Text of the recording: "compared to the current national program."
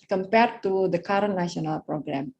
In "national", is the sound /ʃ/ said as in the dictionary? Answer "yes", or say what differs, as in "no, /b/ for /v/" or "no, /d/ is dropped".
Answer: no, /ʃ/ is dropped